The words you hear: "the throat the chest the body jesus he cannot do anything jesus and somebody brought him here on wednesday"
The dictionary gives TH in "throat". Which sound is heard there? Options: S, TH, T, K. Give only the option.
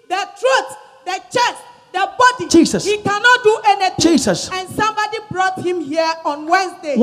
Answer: T